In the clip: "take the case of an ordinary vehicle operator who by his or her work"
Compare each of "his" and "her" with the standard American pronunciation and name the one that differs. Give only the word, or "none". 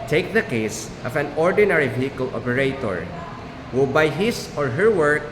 his